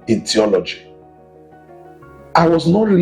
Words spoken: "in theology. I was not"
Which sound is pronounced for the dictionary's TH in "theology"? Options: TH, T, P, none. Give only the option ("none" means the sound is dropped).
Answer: T